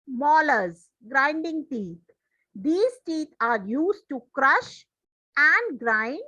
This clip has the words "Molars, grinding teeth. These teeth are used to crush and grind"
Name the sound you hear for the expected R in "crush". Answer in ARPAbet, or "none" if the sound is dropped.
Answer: R